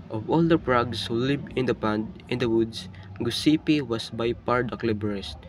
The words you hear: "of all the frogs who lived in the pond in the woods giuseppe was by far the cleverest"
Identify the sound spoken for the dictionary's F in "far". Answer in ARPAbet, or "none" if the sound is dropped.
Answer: P